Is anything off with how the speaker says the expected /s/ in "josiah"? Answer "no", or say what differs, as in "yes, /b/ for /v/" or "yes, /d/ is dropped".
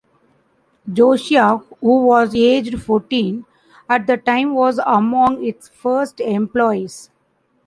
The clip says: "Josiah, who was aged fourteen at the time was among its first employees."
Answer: yes, /ʃ/ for /s/